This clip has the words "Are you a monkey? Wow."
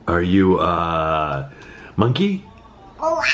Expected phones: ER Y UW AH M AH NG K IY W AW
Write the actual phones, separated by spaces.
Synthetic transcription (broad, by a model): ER Y UW AH M AH NG K IY